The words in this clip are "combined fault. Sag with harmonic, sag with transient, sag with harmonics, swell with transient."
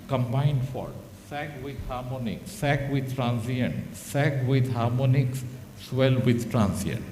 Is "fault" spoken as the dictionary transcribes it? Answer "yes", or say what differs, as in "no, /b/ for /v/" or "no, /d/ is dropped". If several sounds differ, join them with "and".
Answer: no, /l/ is dropped